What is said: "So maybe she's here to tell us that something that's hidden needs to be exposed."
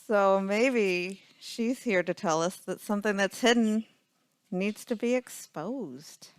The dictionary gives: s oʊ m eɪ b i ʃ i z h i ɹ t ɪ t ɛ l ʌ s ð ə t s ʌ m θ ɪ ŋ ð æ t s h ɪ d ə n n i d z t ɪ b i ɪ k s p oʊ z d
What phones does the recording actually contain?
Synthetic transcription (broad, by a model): s oʊ m eɪ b i ʃ i z h i ɹ t ɪ t ɛ l ʌ s ð ə t s ʌ m θ ɪ ŋ ð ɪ t s h ɪ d n n i d z t ɪ b i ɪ k s p oʊ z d